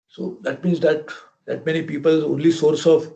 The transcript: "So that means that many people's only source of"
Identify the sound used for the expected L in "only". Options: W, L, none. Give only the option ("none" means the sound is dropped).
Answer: L